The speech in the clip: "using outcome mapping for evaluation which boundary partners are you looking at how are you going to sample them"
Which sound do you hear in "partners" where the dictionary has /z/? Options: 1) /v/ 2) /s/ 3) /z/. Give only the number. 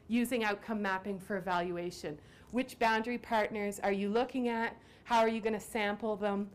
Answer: 3